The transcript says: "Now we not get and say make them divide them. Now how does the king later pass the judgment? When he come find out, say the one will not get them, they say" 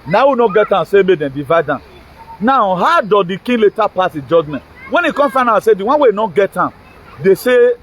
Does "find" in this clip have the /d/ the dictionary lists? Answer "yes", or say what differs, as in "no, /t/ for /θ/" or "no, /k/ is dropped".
no, /d/ is dropped